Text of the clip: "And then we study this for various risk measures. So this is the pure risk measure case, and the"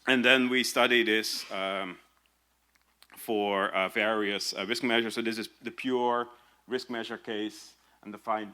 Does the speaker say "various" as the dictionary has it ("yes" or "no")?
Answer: yes